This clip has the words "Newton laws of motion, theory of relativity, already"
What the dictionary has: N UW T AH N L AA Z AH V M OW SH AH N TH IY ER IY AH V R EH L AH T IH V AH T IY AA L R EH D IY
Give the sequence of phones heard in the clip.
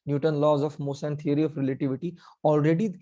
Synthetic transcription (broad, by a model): N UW T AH N L AA Z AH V M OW S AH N T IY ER IY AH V R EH L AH T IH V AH T IY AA L R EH D IY